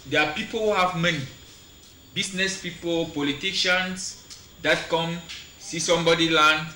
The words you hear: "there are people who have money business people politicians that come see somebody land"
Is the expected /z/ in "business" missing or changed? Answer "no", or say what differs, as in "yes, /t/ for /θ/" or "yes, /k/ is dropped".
yes, /s/ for /z/